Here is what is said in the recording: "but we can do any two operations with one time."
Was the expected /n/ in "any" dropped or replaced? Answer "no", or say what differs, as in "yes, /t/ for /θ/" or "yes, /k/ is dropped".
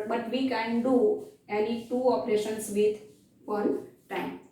yes, /l/ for /n/